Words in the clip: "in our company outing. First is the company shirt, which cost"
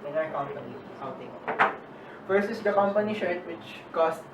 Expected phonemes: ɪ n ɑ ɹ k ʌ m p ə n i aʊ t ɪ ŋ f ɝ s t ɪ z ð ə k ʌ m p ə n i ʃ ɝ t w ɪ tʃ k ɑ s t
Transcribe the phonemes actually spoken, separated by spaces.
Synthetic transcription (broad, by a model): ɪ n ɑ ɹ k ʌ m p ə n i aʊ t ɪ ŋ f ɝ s ɪ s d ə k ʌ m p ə n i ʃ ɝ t w ɪ tʃ k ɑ s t